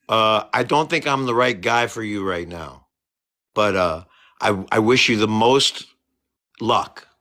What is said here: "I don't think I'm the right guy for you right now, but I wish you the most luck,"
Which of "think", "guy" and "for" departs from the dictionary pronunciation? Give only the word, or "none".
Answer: none